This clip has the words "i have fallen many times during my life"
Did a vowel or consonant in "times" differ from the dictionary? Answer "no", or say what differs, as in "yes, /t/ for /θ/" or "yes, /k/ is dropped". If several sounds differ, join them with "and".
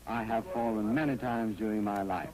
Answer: no